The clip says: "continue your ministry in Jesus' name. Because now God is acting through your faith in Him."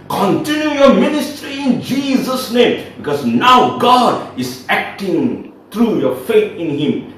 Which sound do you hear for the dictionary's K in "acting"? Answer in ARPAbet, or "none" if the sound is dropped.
K